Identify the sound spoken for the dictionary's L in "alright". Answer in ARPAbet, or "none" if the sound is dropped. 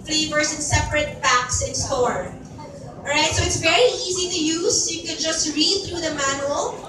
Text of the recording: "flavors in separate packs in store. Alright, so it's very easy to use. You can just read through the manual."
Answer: none